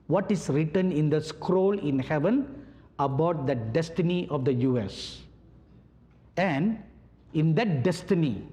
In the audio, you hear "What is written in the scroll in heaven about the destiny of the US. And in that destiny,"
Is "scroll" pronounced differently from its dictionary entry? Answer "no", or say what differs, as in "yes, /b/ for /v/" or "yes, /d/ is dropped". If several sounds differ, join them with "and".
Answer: no